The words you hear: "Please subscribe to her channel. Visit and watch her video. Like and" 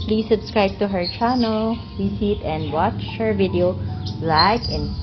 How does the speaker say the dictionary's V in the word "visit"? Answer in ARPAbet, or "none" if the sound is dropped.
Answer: W